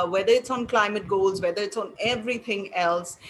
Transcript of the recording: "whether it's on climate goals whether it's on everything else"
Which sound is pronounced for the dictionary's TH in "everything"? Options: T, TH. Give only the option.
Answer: T